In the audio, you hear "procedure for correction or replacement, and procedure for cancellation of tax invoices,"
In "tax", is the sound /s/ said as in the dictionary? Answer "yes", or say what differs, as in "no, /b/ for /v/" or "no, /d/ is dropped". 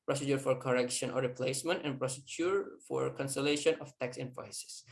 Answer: yes